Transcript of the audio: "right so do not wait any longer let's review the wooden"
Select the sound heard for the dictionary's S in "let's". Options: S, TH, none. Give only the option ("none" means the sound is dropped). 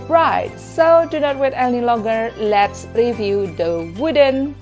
S